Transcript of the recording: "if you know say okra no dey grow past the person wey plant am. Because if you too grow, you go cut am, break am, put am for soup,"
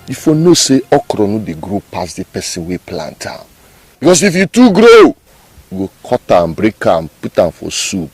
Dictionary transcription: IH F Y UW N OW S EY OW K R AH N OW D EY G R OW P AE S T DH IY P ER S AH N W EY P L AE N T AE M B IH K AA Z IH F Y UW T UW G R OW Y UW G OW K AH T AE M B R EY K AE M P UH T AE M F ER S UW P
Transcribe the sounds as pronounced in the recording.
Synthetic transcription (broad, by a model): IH F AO N OW S EY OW K R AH N OW D EY G R OW P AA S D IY P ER S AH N W EY P L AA N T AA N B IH K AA S IH F Y UW T UW G R OW Y UW G OW K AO T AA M B R EY K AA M P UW T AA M F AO S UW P